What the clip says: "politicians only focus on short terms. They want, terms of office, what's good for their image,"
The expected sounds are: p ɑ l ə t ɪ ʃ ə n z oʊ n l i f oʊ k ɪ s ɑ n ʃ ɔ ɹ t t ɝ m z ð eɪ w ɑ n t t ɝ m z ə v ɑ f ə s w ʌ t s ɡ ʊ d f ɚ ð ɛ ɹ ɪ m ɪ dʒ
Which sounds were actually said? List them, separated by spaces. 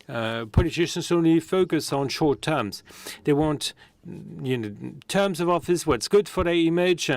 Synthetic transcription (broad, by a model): p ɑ l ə t ɪ ʃ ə n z oʊ n l i f oʊ k ɪ s n ʃ ɔ ɹ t t ɝ m z ð eɪ w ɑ n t t ɝ m z ə v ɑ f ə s w ʌ t s ɡ ʊ d f ɚ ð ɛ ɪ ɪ m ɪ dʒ